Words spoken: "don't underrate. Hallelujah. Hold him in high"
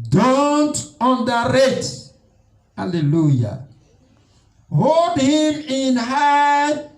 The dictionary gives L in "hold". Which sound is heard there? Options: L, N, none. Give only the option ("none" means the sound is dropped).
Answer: L